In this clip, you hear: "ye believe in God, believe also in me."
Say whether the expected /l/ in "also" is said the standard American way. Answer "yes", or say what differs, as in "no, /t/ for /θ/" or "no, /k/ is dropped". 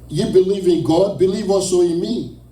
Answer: no, /l/ is dropped